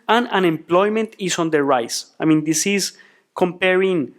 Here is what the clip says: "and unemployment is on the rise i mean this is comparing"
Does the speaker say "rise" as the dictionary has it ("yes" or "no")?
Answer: no